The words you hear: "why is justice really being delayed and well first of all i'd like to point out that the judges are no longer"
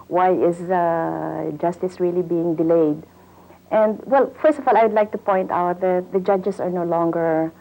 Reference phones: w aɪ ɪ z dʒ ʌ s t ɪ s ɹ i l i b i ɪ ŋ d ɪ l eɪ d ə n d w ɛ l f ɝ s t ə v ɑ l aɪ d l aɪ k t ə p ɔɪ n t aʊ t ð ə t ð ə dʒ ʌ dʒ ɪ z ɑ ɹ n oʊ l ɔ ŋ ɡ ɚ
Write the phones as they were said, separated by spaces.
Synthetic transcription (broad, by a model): w aɪ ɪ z dʒ ʌ s t ɪ s ɹ i l i b i ɪ ŋ d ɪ l eɪ d ə n d w ɛ l f ɝ s t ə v ɑ l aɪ d l aɪ k t ə p ɔɪ n t aʊ t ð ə t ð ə dʒ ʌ dʒ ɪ s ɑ ɹ n oʊ l ɔ ŋ ɡ ɚ